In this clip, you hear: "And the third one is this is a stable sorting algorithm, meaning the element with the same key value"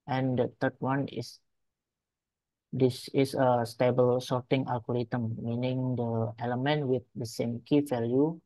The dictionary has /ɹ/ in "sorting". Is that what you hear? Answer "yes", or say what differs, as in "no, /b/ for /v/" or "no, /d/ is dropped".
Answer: yes